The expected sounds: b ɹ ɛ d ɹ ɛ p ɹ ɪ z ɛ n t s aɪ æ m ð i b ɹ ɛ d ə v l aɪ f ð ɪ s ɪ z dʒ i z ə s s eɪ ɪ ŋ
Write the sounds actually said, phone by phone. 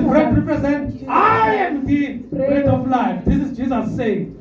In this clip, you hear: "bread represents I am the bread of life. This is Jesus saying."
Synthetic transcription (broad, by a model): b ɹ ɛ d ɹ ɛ p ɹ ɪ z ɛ n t aɪ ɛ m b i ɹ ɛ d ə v l aɪ f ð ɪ s ɪ z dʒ i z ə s s eɪ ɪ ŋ